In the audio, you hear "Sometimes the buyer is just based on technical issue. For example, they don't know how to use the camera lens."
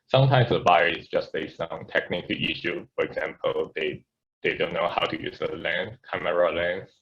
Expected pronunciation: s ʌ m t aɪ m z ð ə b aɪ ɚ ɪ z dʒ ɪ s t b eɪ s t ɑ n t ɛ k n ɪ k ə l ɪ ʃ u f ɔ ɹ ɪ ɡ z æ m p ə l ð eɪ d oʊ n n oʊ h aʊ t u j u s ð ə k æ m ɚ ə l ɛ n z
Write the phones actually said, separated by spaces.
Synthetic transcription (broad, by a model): s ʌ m t aɪ m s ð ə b aɪ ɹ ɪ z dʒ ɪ s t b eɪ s ɑ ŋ t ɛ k n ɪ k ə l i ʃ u f ɔ ɹ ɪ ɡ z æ m p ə l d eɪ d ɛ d n oʊ h aʊ t u j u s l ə k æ m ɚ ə l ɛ n